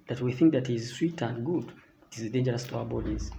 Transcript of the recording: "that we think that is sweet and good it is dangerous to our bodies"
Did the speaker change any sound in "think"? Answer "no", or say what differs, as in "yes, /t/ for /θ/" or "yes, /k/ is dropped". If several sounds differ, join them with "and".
no